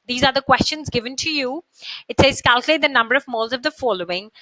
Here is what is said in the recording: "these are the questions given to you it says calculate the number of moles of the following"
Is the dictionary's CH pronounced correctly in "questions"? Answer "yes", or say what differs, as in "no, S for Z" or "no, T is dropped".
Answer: yes